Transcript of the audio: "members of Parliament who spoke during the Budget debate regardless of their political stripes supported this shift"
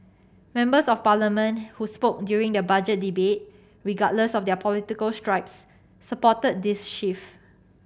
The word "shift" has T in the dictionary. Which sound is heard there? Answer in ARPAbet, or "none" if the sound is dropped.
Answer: none